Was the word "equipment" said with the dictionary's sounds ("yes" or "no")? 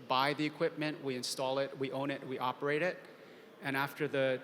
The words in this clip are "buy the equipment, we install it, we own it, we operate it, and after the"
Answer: yes